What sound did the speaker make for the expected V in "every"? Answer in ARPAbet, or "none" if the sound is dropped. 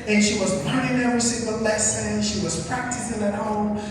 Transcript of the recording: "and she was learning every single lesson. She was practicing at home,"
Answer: none